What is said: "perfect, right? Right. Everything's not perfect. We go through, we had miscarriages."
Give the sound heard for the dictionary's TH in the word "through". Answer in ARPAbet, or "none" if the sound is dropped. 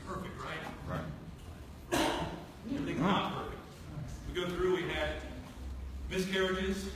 TH